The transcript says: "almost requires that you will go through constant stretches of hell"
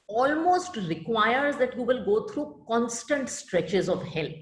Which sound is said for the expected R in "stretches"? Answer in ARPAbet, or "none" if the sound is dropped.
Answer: R